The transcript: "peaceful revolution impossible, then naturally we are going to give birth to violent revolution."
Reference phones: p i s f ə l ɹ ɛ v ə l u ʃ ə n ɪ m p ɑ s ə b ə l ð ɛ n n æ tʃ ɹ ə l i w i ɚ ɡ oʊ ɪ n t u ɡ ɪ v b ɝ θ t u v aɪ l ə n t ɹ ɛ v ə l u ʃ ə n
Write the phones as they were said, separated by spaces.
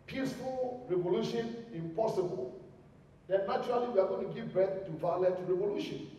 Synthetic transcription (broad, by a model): p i s f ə l ɹ ɛ v ə l u ʃ ə n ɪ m p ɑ s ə b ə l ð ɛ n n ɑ tʃ ɹ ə l i w i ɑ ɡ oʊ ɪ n t u ɡ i v b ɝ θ t u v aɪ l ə t ɹ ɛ v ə l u ʃ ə n